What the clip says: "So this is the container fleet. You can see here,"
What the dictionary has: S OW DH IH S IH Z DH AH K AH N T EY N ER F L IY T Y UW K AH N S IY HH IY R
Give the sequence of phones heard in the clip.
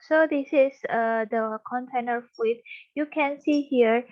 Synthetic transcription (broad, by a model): S OW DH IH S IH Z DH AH K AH N T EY N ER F W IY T Y UW K AH N S IY HH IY R